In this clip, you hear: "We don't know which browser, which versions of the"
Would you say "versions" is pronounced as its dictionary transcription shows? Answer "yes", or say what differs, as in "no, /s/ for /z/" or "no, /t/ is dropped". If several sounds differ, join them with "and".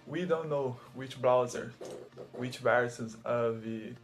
no, /s/ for /ʒ/